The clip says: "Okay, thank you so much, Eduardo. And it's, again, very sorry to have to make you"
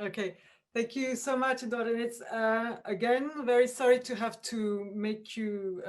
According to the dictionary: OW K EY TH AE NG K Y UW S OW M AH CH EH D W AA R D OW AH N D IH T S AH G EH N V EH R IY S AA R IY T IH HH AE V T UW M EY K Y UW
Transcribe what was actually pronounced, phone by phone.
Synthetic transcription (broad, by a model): OW K EY TH AE NG K Y UW S OW M AH CH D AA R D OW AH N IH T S AH G EH N V EH R IY S AA R IY T IH HH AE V T UW M EY K Y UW